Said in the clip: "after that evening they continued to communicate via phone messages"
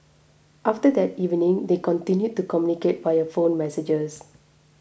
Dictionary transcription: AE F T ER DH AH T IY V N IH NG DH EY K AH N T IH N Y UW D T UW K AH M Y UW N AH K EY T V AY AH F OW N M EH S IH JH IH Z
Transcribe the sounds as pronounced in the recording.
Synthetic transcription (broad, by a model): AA F T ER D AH T IY V N IH NG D EY K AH N T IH N Y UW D T UW K AH M Y UW N AH K EY T B AY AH F OW N M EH S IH JH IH S